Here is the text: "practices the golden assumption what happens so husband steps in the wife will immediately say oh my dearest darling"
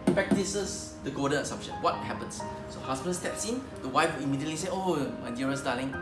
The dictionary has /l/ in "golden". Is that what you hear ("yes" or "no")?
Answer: no